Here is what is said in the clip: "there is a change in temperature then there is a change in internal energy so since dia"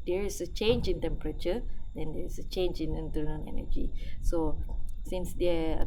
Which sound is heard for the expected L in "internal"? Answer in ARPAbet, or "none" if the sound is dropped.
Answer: N